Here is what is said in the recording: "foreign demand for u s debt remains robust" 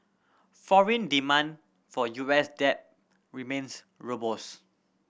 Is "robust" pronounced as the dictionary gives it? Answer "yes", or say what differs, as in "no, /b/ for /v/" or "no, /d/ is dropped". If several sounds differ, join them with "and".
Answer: no, /t/ is dropped